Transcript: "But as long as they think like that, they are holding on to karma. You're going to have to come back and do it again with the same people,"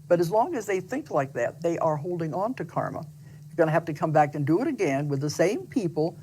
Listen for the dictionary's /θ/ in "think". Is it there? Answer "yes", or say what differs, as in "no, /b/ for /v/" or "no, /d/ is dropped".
yes